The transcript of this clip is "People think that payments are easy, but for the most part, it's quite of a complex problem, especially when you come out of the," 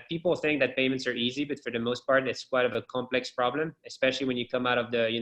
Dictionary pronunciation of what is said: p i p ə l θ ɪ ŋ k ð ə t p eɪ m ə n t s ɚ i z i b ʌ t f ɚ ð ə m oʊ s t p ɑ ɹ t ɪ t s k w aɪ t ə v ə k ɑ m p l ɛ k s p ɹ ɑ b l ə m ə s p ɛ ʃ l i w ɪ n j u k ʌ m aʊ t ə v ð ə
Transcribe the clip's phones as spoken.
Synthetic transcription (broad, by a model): p i p l θ ɪ ŋ k ð ə t p eɪ m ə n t s ɚ i z i b ʌ t f ɚ ð ə m oʊ s t p ɑ ɹ t ɪ t s k w aɪ t ə v ə k ɑ m p l ɛ k s p ɹ ɑ b l ə m ə s p ɛ ʃ l i w ɪ n j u k ʌ m aʊ t ə v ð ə